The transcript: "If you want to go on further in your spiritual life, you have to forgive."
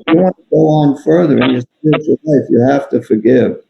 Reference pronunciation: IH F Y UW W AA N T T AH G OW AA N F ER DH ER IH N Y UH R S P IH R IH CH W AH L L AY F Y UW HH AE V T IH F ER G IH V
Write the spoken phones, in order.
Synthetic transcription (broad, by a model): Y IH W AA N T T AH G OW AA N F ER DH ER IH N Y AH R S P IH R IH CH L L AY F Y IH HH AE F T IH F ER G IH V